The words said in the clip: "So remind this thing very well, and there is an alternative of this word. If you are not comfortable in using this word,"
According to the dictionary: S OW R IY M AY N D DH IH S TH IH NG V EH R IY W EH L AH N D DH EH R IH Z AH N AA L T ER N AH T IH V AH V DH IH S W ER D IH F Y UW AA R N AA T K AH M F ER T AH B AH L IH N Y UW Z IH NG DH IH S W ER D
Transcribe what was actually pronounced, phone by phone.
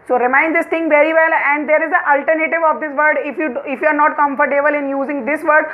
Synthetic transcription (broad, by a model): S OW R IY M AY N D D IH S T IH NG V EH R IY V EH L AH N D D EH R IH Z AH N AA L T ER N AH T IH V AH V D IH S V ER D IH F Y UW AA R N AA T K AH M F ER T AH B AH L IH N Y UW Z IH NG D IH S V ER D